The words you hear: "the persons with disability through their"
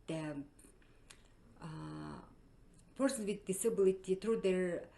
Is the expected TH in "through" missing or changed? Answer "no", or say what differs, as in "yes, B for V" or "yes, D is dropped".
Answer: yes, T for TH